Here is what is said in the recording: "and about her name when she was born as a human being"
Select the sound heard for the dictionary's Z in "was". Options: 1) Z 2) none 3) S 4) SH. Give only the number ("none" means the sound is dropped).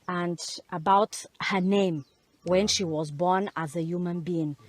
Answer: 1